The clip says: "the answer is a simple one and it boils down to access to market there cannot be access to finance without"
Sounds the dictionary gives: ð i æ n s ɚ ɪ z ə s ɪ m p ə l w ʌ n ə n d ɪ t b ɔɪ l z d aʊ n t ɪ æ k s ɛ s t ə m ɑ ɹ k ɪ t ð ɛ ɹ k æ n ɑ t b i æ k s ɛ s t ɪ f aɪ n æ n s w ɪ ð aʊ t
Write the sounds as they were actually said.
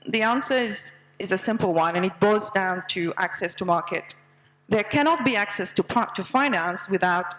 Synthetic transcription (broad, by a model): ð i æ n s ɚ ɪ z ə s ɪ m p l w ʌ n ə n ɪ t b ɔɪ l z d aʊ n t ɪ æ k s ɛ s t ə m ɑ ɹ k ɪ t ð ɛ ɹ k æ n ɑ t b i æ k s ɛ s t ɪ f aɪ n æ n s w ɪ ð aʊ t